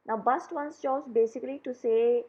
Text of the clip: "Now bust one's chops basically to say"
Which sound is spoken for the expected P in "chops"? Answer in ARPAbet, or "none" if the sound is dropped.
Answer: none